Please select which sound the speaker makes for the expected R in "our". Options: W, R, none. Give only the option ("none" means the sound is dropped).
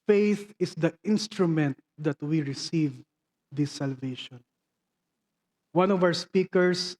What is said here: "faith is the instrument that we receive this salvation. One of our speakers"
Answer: W